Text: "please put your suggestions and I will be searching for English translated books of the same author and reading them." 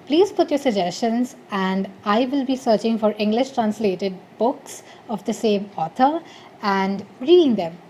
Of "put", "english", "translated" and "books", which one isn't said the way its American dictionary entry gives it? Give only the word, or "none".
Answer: none